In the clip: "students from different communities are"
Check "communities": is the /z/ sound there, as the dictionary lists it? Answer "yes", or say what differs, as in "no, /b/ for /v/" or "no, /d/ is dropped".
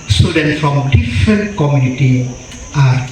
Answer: no, /z/ is dropped